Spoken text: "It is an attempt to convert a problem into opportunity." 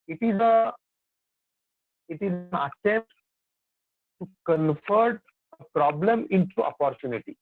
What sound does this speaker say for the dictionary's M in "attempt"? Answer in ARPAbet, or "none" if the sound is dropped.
M